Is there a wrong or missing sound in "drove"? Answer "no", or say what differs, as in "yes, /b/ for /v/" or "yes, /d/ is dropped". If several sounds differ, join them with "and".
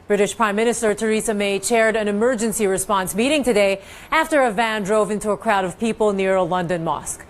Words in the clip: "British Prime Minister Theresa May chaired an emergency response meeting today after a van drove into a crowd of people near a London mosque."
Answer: no